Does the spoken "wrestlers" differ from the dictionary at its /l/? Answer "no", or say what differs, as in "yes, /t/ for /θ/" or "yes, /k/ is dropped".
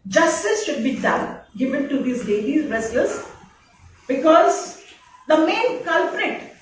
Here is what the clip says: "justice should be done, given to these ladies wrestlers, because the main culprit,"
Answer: yes, /l/ is dropped